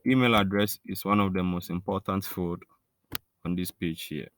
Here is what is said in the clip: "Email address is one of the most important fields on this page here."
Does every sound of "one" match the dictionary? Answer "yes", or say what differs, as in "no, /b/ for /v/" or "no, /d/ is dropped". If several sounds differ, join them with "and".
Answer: yes